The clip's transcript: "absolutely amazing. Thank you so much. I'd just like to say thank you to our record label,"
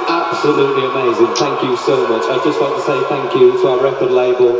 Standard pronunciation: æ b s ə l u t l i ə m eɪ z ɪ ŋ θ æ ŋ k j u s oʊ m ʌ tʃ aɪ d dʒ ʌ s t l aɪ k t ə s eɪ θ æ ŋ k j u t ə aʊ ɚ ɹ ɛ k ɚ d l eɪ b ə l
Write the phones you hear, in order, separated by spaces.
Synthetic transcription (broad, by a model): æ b s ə l u t l i ə m eɪ z ɪ ŋ θ æ ŋ k j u s oʊ m ʌ tʃ aɪ dʒ ʌ s t w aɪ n t ə s eɪ θ æ ŋ k j u t ə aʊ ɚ ɹ ɛ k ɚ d l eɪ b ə l